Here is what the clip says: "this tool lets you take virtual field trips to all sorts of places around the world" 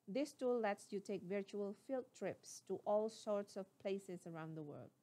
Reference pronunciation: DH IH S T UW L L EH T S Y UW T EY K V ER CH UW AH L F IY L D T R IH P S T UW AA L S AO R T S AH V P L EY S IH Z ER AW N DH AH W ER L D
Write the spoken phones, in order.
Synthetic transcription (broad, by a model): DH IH S T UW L L EH T S Y UW T EY K V ER CH UW AH L F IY L T R IH P S T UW AA L S AO R T S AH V P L EY S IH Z ER AW N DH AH W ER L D